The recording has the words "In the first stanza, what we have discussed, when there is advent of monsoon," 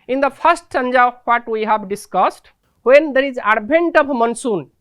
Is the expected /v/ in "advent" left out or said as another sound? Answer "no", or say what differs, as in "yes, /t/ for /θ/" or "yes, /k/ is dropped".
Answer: yes, /b/ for /v/